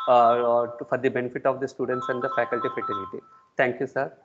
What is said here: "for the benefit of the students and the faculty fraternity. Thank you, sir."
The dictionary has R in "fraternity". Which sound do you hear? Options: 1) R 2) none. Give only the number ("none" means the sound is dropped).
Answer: 2